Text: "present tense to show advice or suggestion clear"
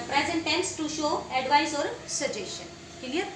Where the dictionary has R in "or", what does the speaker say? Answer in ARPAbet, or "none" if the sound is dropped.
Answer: R